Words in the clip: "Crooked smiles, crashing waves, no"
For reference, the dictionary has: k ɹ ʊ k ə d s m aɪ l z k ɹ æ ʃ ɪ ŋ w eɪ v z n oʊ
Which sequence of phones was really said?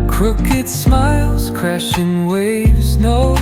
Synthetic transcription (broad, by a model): k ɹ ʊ k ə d s m aɪ l z k ɹ æ ʃ ɪ ŋ w eɪ v z n oʊ